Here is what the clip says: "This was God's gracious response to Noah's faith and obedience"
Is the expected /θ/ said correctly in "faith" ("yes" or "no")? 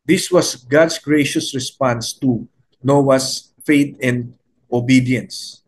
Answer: no